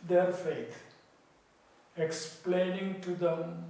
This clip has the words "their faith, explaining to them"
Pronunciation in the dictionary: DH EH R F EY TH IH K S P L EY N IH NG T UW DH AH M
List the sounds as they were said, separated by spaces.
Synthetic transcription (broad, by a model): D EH R F EY T IH K S P L EY N IH NG T UW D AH M